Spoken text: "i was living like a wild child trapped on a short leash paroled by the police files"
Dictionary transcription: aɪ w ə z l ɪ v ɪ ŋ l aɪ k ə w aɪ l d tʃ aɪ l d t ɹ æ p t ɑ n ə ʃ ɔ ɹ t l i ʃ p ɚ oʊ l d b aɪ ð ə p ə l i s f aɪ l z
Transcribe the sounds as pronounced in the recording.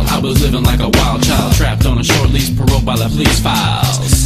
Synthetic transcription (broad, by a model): aɪ w ə z l ɪ v ɪ ŋ l aɪ k ə w aɪ l d tʃ aɪ l d t ɹ æ p t n ə ʃ ɔ ɹ t l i s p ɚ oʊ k b aɪ ð ə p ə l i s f aɪ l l